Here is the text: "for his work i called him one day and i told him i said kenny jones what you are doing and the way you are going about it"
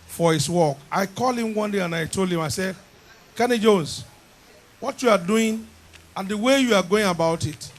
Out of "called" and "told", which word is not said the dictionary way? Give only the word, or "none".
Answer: called